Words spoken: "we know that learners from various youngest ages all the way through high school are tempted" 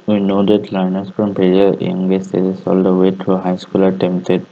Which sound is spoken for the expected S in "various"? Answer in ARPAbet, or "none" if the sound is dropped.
none